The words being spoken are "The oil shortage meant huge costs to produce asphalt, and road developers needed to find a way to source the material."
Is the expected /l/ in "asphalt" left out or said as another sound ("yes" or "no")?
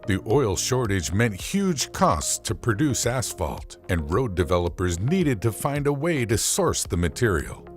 no